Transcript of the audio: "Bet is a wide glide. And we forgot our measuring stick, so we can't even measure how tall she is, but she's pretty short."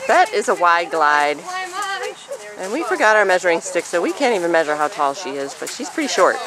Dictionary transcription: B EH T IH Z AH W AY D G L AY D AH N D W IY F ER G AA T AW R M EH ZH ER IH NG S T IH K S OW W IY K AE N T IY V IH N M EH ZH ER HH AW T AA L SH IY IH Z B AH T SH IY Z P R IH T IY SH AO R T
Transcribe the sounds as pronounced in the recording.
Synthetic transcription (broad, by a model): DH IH T IH Z AH W AY D G L AY D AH N W IY F ER G AA T AW R M EH ZH ER IH NG S T IH K S OW W IY K AE N T IY V IH N M EH ZH ER HH AW T AA L SH IY IH Z B AH T SH IY Z P R IH T IY SH AO R T